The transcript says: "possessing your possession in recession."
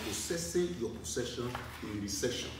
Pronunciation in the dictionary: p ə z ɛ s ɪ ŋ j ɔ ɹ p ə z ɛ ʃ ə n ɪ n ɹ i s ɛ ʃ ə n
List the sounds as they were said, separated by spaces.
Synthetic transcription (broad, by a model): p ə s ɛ s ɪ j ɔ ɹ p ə s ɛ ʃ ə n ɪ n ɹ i s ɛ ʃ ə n